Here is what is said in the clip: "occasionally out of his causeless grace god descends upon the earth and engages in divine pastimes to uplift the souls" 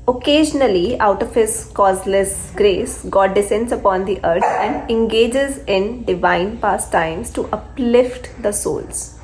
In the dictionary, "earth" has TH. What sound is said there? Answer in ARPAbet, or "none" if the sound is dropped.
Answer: S